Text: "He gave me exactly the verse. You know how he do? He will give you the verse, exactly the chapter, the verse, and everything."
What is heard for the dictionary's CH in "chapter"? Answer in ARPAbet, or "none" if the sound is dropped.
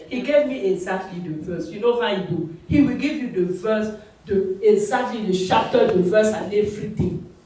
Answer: SH